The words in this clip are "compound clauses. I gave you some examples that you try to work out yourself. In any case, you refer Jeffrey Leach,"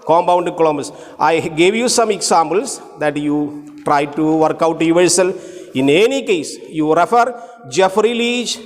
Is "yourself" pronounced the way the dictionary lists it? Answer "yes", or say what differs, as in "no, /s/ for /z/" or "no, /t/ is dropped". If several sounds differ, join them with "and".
no, /f/ is dropped